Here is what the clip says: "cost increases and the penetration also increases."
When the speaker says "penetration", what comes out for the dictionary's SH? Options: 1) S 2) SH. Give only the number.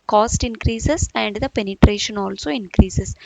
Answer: 2